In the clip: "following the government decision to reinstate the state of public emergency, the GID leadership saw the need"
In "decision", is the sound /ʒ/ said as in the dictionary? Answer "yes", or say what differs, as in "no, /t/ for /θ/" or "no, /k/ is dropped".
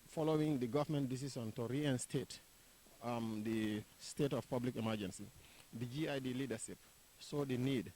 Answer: no, /s/ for /ʒ/